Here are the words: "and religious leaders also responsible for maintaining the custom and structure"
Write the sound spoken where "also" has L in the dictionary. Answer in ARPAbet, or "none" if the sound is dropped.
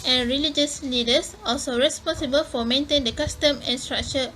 L